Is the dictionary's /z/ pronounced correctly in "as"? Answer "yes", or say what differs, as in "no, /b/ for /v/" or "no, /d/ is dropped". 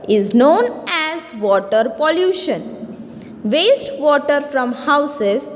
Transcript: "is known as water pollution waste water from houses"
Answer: yes